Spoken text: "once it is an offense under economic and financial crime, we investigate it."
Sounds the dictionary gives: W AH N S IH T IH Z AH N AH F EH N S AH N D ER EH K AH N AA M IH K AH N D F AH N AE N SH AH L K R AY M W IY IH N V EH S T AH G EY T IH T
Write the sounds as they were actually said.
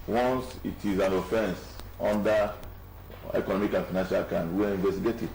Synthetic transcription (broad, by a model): W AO N S IH T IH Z AH N AH F EH N S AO N D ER EH K AH N AA M IH K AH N F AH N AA N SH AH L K AY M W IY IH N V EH S T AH G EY T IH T